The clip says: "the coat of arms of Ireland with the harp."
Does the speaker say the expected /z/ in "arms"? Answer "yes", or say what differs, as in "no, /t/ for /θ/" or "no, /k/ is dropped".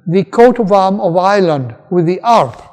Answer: no, /z/ is dropped